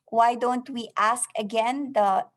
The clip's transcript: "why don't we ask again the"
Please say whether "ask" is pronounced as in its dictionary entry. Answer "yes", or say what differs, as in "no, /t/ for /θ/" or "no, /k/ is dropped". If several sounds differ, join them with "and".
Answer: yes